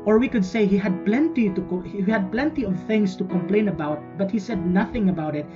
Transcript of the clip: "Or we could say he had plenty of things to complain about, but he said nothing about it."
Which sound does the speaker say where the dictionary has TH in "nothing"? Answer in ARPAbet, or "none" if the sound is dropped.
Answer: TH